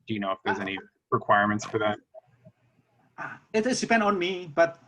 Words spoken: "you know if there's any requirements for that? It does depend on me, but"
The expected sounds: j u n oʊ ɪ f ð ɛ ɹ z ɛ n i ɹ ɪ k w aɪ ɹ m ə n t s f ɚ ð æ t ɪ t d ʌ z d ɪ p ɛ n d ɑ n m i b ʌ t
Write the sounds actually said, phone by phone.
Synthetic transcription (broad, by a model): j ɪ n oʊ ɪ f ð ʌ ɹ z ɛ n i ɹ ɪ k w aɪ ɹ m ə n t s f ɚ ð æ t ɪ t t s d ɪ p ɛ n d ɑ n m i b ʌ t